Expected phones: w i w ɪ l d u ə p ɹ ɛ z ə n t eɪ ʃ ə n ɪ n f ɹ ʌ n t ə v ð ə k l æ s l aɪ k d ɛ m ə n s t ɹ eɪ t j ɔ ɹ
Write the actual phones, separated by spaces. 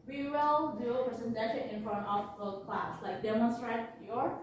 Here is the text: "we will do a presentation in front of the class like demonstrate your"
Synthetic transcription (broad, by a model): w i w ɪ l d u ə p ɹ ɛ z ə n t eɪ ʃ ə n ɪ n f ʌ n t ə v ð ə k l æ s l aɪ k d ɛ m ə n s t ɹ eɪ t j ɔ ɹ